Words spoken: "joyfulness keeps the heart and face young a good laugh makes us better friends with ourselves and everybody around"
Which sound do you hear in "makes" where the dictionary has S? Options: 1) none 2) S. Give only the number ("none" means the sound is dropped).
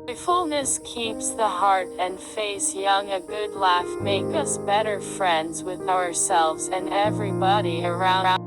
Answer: 1